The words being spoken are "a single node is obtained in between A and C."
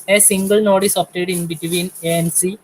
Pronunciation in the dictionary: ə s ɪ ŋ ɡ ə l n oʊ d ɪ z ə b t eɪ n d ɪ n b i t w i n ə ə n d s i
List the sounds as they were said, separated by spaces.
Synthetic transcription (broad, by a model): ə s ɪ ŋ ɡ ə l n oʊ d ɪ s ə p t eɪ d ɪ n b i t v i n ə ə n s i